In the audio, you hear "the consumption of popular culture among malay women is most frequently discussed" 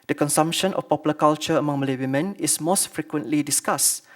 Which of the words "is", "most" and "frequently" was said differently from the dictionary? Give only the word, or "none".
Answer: is